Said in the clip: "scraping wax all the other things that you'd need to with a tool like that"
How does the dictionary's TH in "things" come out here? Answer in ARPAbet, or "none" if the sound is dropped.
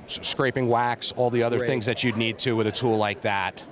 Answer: TH